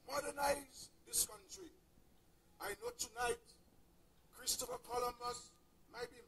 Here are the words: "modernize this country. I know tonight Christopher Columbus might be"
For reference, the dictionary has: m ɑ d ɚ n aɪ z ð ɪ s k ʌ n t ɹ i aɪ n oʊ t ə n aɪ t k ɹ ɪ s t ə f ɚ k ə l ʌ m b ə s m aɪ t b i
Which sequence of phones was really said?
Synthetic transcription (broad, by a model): m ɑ d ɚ n aɪ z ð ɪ s k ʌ n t ɹ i aɪ n oʊ t ə n aɪ t k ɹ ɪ s t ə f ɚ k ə l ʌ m ə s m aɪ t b i